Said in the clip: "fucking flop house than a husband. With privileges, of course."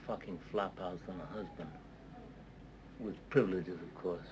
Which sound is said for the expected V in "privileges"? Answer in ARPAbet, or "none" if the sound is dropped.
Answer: V